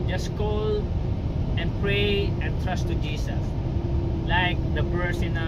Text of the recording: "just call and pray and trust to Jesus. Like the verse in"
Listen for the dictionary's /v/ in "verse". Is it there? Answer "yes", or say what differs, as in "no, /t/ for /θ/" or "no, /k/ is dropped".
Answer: no, /b/ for /v/